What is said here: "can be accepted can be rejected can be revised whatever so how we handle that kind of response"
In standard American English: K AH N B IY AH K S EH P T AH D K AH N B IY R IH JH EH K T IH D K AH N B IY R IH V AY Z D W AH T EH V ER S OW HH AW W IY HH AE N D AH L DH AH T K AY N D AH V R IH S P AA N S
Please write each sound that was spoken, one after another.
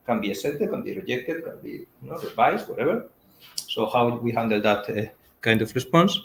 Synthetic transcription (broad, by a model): K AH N B IY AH S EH T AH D K AH N B IY R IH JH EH K T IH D K AH N B IY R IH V AY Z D W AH T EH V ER S OW HH AW W IY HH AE N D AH L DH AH T K AY N D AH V R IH S P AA N S